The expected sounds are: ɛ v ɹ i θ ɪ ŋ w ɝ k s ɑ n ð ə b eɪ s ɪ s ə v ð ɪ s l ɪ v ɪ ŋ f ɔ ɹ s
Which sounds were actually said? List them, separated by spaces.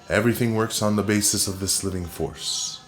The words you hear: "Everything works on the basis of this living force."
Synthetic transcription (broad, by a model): ɛ v ɹ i θ ɪ ŋ w ɝ k s n ð ə b eɪ s ɪ s ə v ð ɪ s l ɪ v ɪ ŋ f ɔ ɹ s